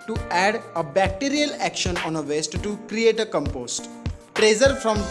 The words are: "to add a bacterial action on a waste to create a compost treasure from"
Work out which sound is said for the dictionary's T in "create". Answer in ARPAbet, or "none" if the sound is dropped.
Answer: T